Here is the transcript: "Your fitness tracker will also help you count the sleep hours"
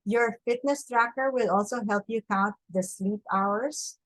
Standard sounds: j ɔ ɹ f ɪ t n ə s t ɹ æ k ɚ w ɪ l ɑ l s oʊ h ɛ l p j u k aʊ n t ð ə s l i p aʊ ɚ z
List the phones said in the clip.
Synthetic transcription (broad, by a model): j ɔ ɹ f ɪ t n ə s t ɹ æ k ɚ w ɪ l ɑ l s oʊ h ɛ l p j u k aʊ n t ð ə s l i p aʊ ɚ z